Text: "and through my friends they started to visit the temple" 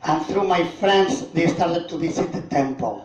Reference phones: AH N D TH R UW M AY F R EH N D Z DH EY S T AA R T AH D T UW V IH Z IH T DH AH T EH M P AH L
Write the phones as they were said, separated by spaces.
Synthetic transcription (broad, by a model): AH N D TH R UW M AY F R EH N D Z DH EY S T AA R T AH D T UW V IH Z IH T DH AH T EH M P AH L